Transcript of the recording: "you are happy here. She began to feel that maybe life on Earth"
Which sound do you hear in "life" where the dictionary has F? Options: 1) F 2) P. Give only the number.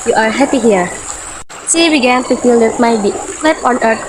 2